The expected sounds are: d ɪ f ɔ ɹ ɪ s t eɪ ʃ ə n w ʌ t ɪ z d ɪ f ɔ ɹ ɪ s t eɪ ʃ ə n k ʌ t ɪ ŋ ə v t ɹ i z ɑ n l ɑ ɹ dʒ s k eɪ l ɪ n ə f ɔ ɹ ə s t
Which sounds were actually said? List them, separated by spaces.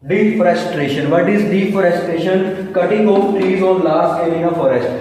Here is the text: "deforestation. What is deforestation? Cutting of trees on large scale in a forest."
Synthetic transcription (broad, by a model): d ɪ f ɹ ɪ s t eɪ ʃ ə n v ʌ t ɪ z d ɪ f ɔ ɹ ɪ s t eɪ ʃ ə n k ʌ t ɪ ŋ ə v t ɹ i z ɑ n l ɑ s eɪ n ɪ n ə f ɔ ɹ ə s t